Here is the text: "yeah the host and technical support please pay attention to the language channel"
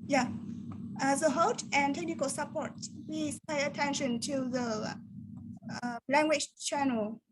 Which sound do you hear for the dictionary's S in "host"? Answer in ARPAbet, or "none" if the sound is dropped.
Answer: none